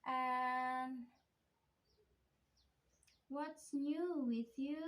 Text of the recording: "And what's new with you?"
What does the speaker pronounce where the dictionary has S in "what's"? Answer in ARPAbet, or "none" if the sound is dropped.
S